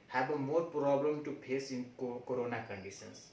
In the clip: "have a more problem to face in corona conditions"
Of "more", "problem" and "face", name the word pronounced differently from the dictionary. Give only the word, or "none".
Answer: face